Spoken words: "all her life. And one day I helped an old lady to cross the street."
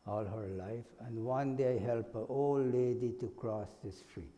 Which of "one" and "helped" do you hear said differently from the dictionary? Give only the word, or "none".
helped